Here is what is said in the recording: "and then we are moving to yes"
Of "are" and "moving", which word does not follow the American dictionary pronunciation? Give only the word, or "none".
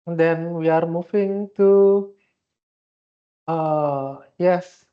moving